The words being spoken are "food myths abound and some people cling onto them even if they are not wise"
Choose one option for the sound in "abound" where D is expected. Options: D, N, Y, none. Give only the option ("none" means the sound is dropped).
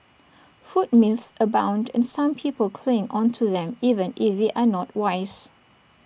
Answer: D